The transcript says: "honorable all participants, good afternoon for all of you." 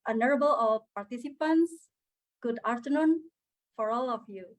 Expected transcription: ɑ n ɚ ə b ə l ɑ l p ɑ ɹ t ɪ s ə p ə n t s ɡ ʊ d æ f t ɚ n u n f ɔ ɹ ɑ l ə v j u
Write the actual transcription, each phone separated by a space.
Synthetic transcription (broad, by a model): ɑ n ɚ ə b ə l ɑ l p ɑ ɹ t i s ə p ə n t s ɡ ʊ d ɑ f t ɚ n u n f ɔ ɹ ɑ l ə f j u